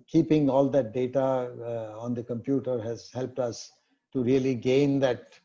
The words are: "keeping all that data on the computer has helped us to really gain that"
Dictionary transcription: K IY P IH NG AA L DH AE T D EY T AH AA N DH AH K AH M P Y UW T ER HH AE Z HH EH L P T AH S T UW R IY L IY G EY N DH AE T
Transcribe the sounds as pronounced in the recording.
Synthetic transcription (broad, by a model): K IY P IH NG AA L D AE T D EY T AH AA N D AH K AH M P Y UW T ER HH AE Z HH EH L P T AH S T UW R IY L IY G EY N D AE T